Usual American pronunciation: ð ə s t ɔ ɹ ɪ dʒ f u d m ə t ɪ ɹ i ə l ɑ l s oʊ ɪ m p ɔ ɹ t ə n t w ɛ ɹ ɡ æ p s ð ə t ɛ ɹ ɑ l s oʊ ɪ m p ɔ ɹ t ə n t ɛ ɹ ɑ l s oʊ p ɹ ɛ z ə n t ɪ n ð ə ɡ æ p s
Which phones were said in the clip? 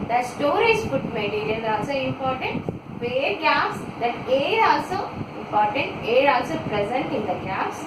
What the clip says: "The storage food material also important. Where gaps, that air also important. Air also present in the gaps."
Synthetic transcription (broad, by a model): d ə s t ɔ ɹ ɪ dʒ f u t m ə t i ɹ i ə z ɑ l s oʊ ɪ m p ɔ ɹ t ə n t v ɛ ɹ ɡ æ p s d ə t ɛ ɹ ɑ l s oʊ ɪ m p ɔ ɹ t ə n t ɛ ɹ ɑ l s oʊ p ɹ ɛ z ə n t ɪ n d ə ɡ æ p s